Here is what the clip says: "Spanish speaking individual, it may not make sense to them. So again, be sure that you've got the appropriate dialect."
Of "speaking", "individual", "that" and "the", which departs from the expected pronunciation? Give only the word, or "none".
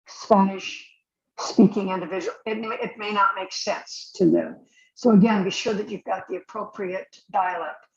individual